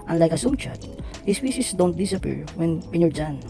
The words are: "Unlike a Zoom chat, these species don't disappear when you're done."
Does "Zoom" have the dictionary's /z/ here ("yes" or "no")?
no